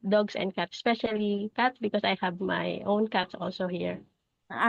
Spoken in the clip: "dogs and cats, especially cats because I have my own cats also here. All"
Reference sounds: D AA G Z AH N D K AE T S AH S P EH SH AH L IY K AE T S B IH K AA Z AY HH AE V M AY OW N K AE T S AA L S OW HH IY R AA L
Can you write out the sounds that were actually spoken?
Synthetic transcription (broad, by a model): D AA G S AH N D K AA T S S P EH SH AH L IY K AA T S B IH K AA S AY HH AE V M AY OW N K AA T S AA L S OW HH IY R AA